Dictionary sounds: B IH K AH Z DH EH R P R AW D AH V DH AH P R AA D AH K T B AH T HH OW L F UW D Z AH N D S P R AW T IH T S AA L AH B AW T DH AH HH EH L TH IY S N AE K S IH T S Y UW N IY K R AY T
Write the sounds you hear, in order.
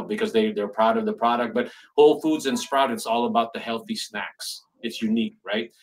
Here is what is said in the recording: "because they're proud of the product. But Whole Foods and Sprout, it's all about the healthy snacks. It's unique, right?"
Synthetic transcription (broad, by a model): B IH K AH Z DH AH R P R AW D AH V DH AH P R AA D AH K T B AH T HH OW L F UW D Z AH N S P R AW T IH T S AA L AH B AW T DH AH HH EH L TH IY S N AE K S IH T S Y UW N IY K R AY T